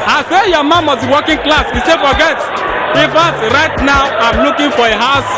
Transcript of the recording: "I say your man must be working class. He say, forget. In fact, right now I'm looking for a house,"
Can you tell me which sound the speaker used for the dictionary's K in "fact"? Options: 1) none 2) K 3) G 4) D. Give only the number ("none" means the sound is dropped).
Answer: 1